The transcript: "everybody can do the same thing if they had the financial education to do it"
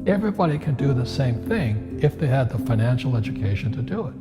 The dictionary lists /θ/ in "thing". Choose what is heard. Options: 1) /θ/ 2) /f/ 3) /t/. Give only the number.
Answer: 1